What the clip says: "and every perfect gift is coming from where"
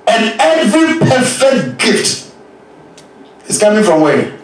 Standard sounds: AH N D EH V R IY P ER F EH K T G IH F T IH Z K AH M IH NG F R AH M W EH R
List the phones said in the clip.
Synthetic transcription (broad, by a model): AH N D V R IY P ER F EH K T G IH F T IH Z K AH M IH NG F R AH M W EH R